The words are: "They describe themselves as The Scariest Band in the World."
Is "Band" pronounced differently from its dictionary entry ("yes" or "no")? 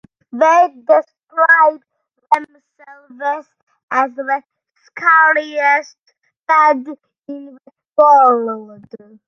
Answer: yes